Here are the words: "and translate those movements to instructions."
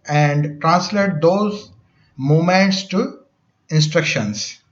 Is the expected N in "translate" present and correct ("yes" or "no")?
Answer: yes